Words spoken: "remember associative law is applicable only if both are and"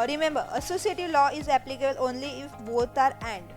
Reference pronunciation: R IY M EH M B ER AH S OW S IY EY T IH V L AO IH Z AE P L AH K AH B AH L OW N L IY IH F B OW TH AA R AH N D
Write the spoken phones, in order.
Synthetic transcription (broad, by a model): R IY M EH M B ER AH S OW S IY EY T IH V L AO IH Z AE P L AH K AH B AH L OW N L IY IH F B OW T AA R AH N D